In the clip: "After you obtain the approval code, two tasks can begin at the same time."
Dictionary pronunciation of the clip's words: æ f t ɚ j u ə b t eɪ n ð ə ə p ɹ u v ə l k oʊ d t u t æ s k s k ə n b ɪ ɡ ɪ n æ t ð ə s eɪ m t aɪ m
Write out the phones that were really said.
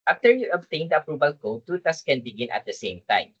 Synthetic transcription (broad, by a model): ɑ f t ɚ j u ə b t eɪ n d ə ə p ɹ u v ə l k oʊ d t u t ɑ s s k ə n b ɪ ɡ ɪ n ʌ t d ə s eɪ m t aɪ m